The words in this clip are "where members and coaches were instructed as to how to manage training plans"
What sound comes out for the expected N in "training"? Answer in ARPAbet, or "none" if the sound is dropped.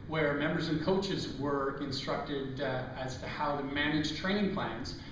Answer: none